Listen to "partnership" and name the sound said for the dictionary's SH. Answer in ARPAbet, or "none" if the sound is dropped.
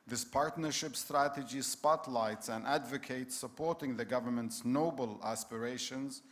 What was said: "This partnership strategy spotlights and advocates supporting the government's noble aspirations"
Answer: SH